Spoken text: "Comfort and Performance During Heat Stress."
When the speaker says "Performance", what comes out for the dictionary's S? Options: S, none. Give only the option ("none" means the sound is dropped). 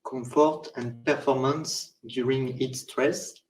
S